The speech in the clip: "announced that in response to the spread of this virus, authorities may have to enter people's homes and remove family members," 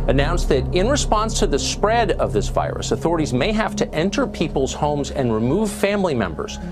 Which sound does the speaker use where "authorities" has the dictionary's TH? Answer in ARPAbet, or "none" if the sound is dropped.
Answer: TH